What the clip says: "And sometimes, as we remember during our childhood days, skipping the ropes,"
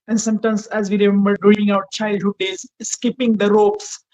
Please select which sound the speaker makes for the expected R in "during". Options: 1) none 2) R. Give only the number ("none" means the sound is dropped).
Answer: 1